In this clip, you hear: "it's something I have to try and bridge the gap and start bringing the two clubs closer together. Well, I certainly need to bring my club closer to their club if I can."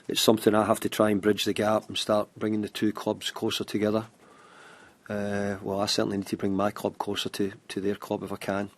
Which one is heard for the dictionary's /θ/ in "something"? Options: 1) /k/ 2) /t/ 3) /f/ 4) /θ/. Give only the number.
4